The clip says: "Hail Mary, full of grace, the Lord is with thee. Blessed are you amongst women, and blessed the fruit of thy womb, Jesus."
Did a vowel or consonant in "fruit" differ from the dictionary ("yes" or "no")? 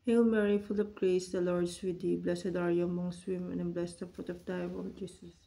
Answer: yes